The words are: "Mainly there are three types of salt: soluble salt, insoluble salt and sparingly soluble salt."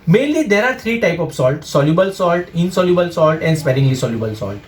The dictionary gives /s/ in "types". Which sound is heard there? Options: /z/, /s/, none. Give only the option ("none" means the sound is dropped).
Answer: none